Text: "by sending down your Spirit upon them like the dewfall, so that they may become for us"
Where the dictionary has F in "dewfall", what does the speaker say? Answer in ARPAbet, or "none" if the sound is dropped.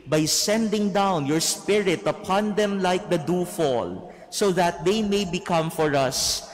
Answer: F